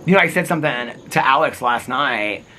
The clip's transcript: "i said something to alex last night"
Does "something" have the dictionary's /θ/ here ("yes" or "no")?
yes